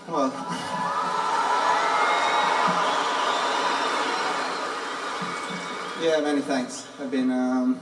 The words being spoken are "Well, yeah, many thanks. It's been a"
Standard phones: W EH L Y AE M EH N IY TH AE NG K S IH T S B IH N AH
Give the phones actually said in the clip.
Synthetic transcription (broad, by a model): W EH L Y AE M EH N IY TH AE NG K S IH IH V B IH N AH